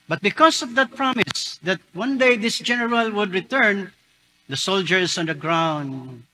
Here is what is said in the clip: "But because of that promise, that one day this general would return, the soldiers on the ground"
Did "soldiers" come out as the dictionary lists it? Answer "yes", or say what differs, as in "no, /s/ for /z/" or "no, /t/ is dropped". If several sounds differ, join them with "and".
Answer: no, /s/ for /z/